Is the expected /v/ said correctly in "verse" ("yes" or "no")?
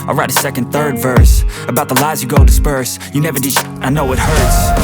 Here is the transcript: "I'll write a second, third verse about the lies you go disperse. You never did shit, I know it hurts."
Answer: yes